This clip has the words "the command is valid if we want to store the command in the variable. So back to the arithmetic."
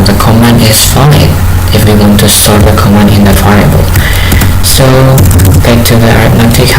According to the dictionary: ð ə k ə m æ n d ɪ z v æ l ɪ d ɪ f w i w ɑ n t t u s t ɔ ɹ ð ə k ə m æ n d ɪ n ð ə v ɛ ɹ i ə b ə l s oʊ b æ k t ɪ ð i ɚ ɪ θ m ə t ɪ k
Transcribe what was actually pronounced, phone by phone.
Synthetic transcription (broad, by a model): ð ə k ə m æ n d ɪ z f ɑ ɪ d ɪ f w i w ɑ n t t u s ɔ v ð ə k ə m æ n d ɪ n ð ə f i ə ə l s oʊ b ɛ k t ɪ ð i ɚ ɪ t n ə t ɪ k